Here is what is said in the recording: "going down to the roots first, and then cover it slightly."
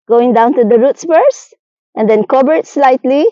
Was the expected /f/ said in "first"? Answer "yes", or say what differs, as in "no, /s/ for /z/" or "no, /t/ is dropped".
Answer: no, /p/ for /f/